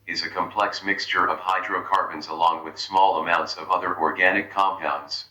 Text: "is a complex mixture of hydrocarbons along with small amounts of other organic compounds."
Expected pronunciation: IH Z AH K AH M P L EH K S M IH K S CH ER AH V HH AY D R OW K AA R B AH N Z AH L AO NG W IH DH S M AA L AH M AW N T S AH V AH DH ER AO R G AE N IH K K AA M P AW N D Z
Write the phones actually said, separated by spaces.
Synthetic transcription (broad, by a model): IH Z AH K AH M P L EH K S M IH K S CH ER AH V HH AY D R OW K AA R B AH N Z AH L AO NG W IH DH S M AA L AH M AW N T S AH V AH DH ER AO R G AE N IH K K AA M P AW N D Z